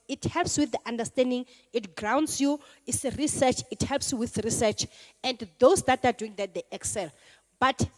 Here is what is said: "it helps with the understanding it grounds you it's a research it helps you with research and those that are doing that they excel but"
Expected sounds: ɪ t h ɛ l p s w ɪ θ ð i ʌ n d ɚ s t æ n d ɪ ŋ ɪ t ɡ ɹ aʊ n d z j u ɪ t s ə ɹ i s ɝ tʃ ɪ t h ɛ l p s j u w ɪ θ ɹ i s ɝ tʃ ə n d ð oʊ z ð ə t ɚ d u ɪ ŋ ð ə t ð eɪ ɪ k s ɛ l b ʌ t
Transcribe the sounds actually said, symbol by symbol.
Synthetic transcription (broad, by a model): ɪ t h ɛ l p s w ɪ θ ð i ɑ n d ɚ s t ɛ n d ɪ ŋ ɪ t ɡ ɹ aʊ n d s j u ɪ t s ɹ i s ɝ tʃ ɪ t h ɛ l p s j u w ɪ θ ɹ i s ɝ tʃ ə n d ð oʊ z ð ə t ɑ d u ɪ ŋ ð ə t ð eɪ ɪ k s ɛ l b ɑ t